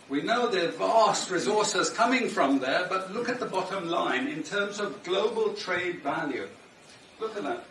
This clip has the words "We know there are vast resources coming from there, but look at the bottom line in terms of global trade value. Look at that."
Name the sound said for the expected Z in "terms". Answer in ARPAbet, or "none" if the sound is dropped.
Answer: Z